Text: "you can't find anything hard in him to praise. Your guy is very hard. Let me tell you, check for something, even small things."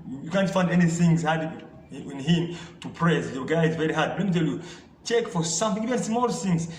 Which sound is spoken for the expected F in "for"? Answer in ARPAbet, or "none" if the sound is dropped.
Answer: F